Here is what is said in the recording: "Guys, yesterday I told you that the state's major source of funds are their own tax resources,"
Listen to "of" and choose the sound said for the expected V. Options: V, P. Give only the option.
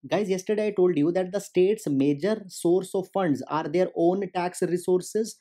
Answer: V